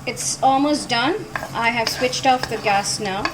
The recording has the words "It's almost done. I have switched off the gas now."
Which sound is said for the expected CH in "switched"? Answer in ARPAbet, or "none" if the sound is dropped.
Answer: CH